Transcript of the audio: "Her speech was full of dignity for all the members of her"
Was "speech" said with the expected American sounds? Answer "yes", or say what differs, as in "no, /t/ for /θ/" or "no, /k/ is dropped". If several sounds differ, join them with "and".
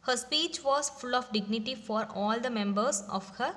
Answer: yes